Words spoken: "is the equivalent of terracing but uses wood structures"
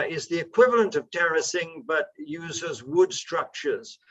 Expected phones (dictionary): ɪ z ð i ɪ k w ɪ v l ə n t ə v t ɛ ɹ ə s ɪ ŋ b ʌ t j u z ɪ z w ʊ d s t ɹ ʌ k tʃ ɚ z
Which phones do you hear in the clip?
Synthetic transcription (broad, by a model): ɪ z ð i ɪ k w ɪ v l ə n t ə v t ɛ ɹ ə s ɪ ŋ b ʌ t j u z ɪ z w ʊ d s t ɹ ʌ k tʃ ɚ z